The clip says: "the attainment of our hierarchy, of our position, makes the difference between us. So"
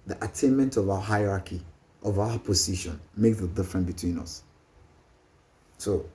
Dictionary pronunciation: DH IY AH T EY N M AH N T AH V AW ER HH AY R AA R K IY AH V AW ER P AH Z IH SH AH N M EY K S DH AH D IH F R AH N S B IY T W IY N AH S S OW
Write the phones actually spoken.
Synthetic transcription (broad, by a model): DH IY AH T EY N M AH N T AH V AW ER HH AY R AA K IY AH V AW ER P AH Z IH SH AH N M EY K S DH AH D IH F R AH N B IY T W IY N AH S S OW